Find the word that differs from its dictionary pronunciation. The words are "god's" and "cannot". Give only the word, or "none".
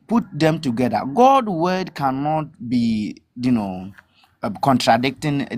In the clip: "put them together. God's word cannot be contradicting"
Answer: god's